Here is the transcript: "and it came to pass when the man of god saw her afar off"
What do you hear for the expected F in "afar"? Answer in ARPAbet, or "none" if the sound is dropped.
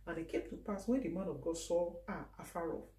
F